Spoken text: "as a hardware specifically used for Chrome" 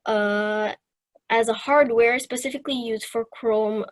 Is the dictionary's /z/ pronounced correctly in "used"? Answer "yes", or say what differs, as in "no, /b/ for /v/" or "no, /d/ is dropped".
yes